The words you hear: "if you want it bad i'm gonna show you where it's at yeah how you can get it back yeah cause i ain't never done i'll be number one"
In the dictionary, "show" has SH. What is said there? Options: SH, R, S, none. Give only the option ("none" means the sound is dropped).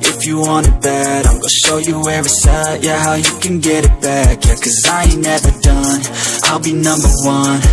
SH